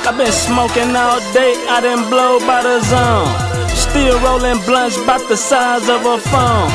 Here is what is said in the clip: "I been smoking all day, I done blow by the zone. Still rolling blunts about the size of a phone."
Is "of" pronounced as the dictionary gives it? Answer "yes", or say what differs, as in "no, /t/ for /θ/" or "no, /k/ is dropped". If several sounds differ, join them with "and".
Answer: yes